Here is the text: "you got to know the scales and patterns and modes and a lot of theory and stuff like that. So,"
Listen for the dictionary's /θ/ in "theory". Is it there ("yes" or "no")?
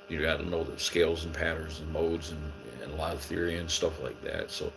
yes